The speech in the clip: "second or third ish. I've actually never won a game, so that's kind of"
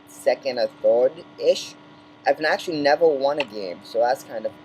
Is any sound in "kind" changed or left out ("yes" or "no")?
no